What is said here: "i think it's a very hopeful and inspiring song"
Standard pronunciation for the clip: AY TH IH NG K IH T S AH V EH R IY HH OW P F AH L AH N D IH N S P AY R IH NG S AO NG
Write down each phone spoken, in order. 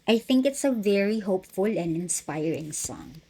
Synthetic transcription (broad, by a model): AY TH IH NG K IH T S AH V EH R IY HH OW P F AH L AH N D IH N S P AY R IH NG S AO NG